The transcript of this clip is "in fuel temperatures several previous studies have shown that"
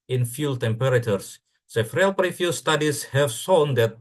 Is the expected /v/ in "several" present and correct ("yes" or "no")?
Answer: no